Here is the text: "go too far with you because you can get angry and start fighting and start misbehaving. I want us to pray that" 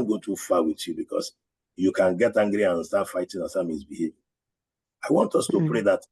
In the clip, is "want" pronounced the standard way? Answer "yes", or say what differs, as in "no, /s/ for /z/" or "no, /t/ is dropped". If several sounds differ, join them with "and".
yes